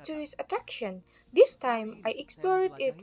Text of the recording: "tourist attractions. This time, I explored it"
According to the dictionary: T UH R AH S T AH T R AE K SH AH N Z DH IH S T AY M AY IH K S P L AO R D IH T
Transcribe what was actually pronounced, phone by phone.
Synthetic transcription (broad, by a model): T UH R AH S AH T R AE K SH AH N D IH S T AY M AY IH K S P L AO R D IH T